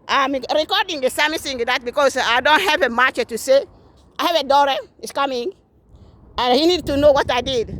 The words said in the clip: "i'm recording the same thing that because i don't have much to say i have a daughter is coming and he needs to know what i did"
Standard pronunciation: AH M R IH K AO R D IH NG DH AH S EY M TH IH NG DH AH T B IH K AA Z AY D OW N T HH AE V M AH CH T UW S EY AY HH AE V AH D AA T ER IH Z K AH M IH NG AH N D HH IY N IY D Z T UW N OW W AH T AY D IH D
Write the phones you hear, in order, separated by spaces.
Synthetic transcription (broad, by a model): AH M R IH K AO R D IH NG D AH S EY M S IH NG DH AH T B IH K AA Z AY D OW N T HH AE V M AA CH T UW S EY AY HH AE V AH D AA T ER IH S K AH M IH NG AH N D HH IY N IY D T UW N OW W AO T AY D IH D